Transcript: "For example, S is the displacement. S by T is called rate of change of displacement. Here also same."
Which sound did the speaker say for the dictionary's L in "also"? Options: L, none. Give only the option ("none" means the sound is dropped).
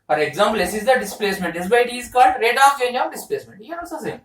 none